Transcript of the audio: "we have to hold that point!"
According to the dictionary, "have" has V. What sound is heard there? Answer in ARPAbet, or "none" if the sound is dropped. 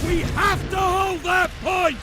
F